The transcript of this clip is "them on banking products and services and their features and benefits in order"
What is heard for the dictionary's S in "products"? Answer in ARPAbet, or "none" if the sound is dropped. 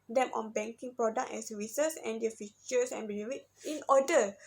none